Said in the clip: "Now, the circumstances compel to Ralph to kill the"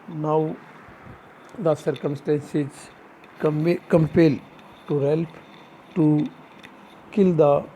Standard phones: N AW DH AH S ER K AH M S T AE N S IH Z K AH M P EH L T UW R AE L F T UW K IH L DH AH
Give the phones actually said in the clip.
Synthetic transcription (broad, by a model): N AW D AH S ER K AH M S T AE N S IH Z K AH M P EH L T UW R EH L P T UW K IH L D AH